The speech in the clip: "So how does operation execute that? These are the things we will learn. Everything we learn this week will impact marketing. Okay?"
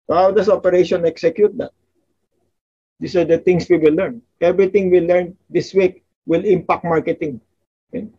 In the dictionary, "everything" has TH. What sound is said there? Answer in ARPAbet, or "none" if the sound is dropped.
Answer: T